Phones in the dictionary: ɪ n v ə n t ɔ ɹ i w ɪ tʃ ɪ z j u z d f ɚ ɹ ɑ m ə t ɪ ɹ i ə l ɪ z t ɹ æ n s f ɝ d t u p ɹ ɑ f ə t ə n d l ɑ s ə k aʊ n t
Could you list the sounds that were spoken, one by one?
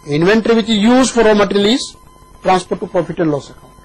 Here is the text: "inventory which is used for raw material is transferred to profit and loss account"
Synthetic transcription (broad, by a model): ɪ n v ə n t ɹ i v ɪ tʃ ɪ z j u z d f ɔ ɹ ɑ m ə t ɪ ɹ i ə l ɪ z t ɹ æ n s p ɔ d t u p ɹ ɑ f ə t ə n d l ɑ s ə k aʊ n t